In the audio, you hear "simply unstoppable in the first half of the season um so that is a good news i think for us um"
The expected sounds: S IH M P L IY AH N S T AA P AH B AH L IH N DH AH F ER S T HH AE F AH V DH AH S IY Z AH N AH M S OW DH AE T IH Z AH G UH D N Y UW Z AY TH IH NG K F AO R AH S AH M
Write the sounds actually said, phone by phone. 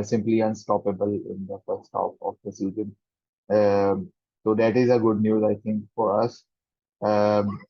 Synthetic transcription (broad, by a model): S IH M P L IY AH N S T AA P AH B AH L IH N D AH F ER S T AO P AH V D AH S IY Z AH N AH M S OW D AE T IH Z AH G UH D N Y UW Z AY T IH NG K F AO R AH S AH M